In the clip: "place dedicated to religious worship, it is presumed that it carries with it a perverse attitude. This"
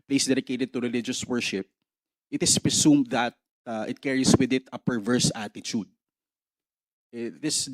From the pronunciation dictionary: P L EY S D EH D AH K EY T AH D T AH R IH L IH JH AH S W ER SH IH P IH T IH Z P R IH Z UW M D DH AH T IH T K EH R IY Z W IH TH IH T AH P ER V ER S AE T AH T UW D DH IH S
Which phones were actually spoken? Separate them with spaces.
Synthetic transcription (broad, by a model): P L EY S D EH D AH K EY T AH D T AH R IH L IH JH AH S W ER SH IH P IH T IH S P R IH S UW M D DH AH T IH T K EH R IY S W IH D IH T AH P ER V ER S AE T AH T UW D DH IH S